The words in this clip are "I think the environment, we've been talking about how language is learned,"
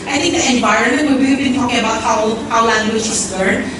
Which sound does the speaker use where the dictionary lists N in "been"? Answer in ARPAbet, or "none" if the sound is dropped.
L